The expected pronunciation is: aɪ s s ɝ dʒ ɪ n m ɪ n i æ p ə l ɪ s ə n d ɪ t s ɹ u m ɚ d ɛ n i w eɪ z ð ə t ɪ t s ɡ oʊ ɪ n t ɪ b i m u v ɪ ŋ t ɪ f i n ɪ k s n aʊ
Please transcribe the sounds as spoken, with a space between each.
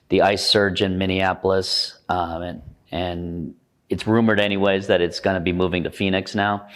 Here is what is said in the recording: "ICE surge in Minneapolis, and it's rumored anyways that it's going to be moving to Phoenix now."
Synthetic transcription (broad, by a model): aɪ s s ɝ dʒ ɪ n m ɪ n i æ p l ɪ s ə n ɪ t s ɹ u m ɚ d ɛ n i w eɪ z ð ə t ɪ t s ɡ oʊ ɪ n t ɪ b i m u v ɪ ŋ t ɪ f i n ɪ k s n aʊ